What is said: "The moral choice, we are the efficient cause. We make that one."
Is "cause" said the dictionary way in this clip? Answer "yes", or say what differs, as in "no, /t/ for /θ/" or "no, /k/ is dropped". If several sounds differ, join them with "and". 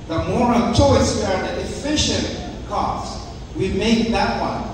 no, /s/ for /z/